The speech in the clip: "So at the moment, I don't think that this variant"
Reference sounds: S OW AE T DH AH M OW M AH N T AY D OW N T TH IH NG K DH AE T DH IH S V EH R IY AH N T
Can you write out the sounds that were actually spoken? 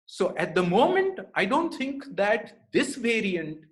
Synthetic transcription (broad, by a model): S OW AE T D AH M OW M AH N T AY D OW N T T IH NG K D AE T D IH S V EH R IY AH N T